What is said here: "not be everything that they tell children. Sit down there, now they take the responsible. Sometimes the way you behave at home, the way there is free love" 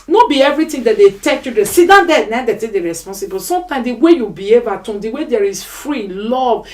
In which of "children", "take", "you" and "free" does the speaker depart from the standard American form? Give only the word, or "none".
children